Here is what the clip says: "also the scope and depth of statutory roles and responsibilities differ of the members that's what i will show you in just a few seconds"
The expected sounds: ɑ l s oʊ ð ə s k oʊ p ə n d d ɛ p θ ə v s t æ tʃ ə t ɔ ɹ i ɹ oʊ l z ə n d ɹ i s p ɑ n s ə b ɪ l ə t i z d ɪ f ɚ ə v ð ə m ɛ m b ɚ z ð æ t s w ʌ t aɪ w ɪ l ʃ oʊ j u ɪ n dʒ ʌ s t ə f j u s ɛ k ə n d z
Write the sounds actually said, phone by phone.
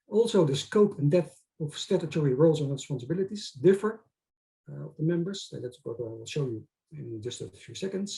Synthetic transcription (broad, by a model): ɑ l s oʊ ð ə s k oʊ p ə n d d ɛ θ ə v s t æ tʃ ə t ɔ ɹ i ɹ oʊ l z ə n ɹ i s p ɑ n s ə b ɪ l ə t i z d ɪ f ɚ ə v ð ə m ɛ m b ɚ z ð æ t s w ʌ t aɪ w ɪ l ʃ oʊ j u ɪ n dʒ ʌ s t ə f j u s ɛ k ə n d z